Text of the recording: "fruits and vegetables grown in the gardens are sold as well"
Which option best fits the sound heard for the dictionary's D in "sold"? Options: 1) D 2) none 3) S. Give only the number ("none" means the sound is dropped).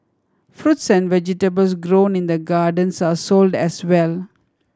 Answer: 1